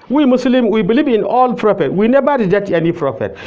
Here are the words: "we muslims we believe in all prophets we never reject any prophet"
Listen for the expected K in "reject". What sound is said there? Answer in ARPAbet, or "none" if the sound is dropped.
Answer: none